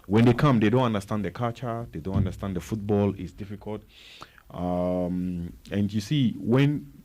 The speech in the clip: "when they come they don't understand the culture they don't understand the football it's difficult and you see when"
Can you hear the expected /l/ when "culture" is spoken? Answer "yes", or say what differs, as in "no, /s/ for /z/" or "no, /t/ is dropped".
no, /l/ is dropped